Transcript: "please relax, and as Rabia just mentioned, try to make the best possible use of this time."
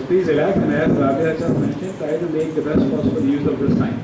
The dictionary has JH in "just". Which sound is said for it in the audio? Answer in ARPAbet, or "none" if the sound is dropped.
CH